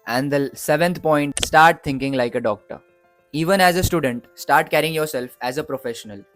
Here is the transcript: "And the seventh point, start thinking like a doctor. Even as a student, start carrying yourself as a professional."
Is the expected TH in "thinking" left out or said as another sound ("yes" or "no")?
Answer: yes